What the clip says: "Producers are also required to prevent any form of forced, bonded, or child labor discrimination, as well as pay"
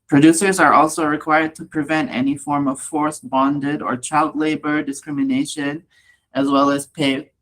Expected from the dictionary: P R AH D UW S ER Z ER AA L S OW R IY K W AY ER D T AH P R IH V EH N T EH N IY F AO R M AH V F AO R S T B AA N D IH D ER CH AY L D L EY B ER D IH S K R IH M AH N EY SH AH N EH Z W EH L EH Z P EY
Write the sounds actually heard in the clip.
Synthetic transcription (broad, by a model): P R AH D UW S ER Z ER AA L S OW R IY K W AY ER D T AH P R IH V EH N T EH N IY F AO R M AH V F AO R S B AA N D IH D ER CH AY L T L EY B ER D IH S K R IH M AH N EY SH AH N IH Z W EH L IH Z P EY